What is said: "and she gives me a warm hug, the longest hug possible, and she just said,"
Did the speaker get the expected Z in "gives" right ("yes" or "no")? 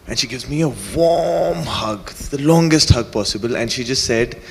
yes